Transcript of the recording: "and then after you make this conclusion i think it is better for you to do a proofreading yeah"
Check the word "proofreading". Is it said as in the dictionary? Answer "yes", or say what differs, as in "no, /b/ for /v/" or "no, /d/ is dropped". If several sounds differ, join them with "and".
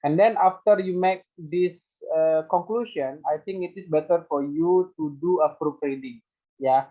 no, /p/ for /f/